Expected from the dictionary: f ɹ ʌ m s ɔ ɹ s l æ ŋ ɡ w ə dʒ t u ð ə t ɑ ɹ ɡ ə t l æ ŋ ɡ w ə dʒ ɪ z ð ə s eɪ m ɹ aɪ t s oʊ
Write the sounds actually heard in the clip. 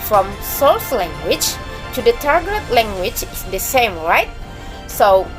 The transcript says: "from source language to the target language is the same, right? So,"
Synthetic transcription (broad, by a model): f ɹ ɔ m s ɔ l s l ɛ ŋ ɡ w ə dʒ t u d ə t ɑ ɹ ɡ ə t l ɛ ŋ ɡ w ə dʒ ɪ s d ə s eɪ m ɹ aɪ t s oʊ